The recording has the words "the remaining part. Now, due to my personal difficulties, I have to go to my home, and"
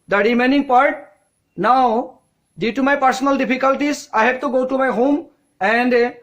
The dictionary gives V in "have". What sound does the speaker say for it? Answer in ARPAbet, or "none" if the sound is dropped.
B